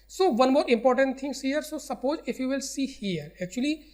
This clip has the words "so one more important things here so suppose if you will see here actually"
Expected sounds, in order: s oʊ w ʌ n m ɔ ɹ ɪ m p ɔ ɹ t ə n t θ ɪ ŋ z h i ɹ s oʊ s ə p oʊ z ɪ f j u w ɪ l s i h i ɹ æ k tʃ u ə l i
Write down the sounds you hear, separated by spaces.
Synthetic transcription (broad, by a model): s oʊ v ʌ n m ɔ ɹ ɪ m p ɔ ɹ t ə n t t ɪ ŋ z h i ɹ s oʊ s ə p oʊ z ɪ f j u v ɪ l s i h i ɹ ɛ k tʃ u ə l i